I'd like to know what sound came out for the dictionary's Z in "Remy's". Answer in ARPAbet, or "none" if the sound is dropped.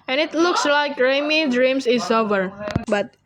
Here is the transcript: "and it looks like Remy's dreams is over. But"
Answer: none